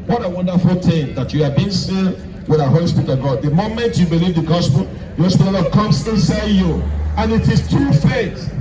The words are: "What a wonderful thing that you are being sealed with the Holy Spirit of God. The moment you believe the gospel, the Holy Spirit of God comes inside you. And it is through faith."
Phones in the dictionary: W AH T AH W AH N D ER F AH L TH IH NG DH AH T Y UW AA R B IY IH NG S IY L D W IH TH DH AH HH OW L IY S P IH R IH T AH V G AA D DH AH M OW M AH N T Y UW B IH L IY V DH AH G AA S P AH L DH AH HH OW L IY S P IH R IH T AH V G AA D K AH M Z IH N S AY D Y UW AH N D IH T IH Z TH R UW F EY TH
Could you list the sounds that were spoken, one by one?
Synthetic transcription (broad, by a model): W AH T AH W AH N D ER F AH L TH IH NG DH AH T Y UW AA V B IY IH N S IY W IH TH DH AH HH OW L IY S P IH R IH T AH V G AA D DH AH M OW M AH N T Y UW B IH L IY V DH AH G AA S P AH L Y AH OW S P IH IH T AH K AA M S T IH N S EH Y UW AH N IH T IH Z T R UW F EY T